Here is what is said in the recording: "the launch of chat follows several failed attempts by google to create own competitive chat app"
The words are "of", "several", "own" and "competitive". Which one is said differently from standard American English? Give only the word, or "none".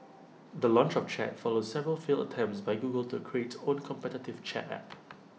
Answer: of